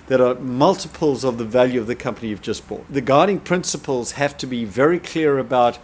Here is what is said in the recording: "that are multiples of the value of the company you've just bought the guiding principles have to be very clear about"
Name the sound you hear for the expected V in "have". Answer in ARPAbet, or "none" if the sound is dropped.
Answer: F